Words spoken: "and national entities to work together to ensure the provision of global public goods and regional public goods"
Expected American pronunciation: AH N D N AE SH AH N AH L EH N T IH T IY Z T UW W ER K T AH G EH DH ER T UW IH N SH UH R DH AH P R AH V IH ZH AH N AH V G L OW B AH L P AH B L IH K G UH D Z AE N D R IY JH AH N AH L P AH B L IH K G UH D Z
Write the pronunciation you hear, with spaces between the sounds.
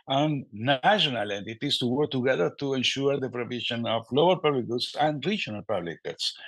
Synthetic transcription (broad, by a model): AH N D N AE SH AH N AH L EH N T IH T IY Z T UW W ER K T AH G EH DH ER T UW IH N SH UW R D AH P R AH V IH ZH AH N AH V L OW AH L P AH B L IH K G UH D S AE N D R IY JH AH N AH L P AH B L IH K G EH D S